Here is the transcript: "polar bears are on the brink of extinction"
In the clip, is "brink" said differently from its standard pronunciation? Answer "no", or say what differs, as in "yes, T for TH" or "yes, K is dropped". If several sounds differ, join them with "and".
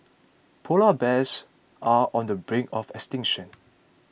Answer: yes, K is dropped